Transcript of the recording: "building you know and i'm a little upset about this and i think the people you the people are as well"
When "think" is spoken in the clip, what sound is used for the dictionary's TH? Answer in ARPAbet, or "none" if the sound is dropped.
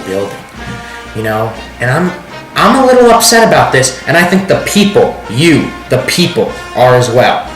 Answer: TH